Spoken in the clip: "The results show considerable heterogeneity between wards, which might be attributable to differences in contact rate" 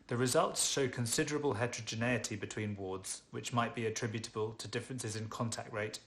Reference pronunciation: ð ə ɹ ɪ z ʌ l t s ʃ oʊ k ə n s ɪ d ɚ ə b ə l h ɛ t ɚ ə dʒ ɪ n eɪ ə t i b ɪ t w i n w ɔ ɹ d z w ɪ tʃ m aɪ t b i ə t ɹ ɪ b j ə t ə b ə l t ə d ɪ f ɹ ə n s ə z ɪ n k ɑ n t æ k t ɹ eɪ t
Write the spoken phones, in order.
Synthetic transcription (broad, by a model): ð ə ɹ ɪ z ʌ l t s ʃ oʊ k ə n s ɪ d ɚ ə b ə l h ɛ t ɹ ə dʒ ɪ n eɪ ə t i b ɪ t w i n w ɔ d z w ɪ tʃ m aɪ t b i ə t ɹ ɪ b j ə t ə b ə l t ə d ɪ f ɹ ə n s ə z ɪ n k ɑ n t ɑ k t ɹ eɪ t